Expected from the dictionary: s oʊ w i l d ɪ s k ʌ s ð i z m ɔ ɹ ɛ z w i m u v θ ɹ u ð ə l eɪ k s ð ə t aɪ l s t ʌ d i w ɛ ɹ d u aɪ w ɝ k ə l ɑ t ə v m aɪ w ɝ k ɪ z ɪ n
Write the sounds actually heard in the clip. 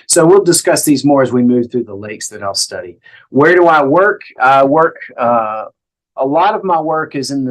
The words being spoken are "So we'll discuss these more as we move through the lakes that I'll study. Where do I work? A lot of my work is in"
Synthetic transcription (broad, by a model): s oʊ w i l d ɪ s k ʌ s ð i z m ɔ ɹ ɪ z w i m u v θ ɹ u ð ə l eɪ k s ð ə t aɪ l s t ʌ d i w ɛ ɹ d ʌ aɪ w ɝ k ə l ɑ t ə v m aɪ w ɝ k ɪ z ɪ n